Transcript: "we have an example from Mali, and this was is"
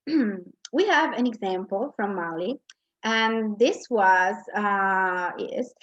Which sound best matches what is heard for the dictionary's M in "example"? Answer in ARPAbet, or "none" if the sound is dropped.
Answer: M